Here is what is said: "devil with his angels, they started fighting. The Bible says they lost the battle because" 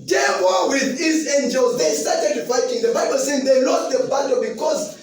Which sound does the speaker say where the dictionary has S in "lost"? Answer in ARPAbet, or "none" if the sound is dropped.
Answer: none